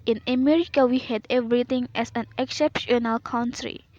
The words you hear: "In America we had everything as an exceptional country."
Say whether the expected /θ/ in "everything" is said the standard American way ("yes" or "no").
no